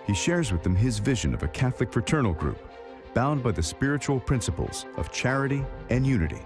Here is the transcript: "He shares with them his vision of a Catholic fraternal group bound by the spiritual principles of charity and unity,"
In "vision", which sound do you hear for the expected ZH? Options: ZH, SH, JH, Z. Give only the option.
ZH